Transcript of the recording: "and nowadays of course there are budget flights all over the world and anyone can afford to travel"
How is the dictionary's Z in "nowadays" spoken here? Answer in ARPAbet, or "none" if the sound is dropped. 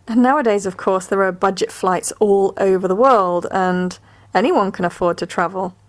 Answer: Z